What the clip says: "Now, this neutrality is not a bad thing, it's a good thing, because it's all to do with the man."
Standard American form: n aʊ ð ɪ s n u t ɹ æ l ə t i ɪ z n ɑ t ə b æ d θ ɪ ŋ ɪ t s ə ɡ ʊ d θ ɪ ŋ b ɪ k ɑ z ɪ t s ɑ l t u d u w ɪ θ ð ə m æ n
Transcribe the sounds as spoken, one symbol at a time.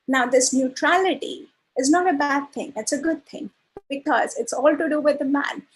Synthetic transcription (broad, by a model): n aʊ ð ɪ s n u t ɹ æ l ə t i ɪ z n ɑ t ə b æ d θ ɪ ŋ ɪ t s ə ɡ ʊ d t ɪ ŋ b ɪ k ɑ z ɪ t s ɑ l t u d u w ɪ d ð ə m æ n